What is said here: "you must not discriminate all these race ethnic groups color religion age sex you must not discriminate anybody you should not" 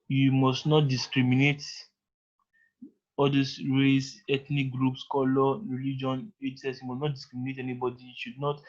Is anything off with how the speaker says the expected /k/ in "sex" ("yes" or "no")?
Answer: yes